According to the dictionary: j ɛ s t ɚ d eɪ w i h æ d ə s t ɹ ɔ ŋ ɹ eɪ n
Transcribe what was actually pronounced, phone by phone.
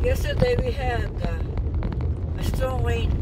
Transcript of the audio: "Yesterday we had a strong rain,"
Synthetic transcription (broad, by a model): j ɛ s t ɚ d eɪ w i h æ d ə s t ɔ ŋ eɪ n